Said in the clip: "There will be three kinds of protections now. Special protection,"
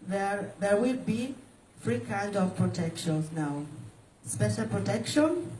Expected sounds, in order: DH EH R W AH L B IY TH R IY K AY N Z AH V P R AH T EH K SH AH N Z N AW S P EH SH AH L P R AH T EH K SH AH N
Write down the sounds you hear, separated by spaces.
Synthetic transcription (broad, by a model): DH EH R W AH L B IY F R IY K AY N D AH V P R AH T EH K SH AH N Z N AW S P EH SH AH L P R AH T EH K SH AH N